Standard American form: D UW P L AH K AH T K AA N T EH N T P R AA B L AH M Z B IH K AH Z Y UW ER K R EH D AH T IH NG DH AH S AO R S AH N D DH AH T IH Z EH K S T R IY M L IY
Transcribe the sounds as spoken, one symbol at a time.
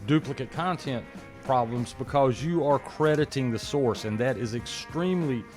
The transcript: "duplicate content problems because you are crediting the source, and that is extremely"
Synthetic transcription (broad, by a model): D UW P L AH K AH T K AA N T EH N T P R AA B L AH M Z B IH K AH Z Y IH ER K R EH D AH T IH NG DH AH S AO R S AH N DH AH T IH Z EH K S T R IY M L IY